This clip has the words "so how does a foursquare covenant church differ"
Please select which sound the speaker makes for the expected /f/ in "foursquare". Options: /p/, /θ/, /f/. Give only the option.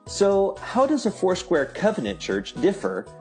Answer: /f/